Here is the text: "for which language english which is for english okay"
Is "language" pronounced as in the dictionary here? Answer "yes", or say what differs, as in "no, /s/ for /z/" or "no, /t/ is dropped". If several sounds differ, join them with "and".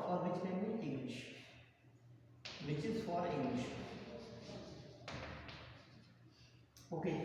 no, /dʒ/ is dropped